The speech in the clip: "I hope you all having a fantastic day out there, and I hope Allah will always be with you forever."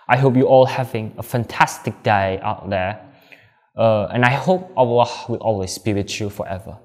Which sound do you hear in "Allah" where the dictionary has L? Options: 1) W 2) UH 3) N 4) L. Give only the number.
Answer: 1